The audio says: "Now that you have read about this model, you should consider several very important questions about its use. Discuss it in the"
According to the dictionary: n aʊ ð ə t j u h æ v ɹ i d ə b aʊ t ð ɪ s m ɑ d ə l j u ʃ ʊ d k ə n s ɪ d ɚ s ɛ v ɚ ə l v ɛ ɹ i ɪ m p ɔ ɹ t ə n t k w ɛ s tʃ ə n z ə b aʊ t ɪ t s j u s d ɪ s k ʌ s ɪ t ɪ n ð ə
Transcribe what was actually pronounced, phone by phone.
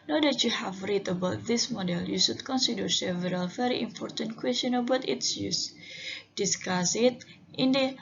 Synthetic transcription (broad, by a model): n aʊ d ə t j u h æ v ɹ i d ə b aʊ t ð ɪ s m ɑ d ə l j u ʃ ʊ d k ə n s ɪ d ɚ s ɛ v ɚ ə l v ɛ ɹ i ɪ m p ɔ ɹ t ə n t k w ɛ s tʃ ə n ə b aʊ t ɪ t s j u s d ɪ s k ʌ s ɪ t ɪ n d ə